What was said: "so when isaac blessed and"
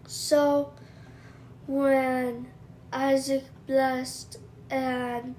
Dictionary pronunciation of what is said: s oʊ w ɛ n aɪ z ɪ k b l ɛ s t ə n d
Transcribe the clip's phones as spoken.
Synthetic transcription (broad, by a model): s oʊ w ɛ n aɪ z ɪ k b l ɛ s t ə n